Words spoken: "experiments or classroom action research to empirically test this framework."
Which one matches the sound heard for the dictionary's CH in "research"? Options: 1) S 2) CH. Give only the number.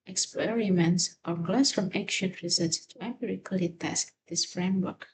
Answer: 1